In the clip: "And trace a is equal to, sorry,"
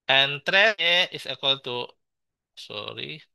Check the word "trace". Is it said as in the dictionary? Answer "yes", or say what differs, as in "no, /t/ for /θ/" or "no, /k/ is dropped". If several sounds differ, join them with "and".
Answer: no, /s/ is dropped